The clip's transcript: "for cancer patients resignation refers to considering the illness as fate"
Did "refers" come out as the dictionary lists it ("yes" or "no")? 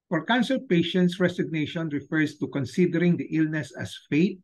no